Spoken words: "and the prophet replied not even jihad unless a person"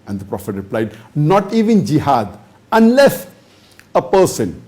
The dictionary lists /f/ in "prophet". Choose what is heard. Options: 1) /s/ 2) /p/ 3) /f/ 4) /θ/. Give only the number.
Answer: 3